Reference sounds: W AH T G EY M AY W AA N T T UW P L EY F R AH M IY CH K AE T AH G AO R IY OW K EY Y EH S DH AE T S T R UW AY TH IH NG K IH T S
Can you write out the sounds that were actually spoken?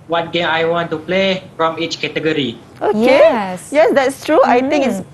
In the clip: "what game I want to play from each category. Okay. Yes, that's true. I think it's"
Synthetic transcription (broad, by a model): W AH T G EY M AY W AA N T T UW P L EY F R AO M IY CH K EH T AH G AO R IY OW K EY Y EH S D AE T S T R UW AY T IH NG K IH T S